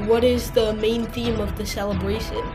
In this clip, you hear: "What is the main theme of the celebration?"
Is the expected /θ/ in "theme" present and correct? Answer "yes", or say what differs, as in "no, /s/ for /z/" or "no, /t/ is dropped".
yes